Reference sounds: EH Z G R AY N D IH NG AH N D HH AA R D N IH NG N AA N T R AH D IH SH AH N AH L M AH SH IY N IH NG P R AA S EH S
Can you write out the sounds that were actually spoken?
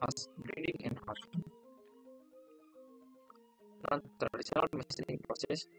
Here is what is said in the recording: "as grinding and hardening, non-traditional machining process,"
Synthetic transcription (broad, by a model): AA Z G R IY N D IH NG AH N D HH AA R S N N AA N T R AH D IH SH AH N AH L M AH S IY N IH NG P R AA S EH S